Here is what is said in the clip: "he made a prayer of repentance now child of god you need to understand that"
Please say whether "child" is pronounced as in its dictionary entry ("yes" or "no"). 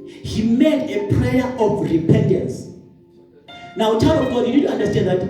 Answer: no